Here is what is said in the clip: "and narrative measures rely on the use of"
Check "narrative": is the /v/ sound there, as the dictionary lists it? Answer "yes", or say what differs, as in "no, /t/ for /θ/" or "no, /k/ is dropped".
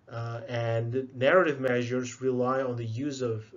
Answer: yes